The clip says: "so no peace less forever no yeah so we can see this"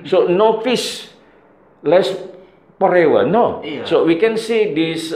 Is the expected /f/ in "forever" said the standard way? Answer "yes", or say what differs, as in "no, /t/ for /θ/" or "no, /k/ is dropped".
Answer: no, /p/ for /f/